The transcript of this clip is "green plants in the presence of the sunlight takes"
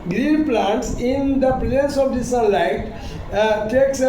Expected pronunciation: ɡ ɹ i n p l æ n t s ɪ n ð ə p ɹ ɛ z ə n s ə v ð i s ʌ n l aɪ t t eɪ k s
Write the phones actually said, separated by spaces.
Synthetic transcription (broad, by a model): ɡ ɹ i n p l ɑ n t s ɪ n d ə p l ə s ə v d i s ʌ l aɪ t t eɪ k s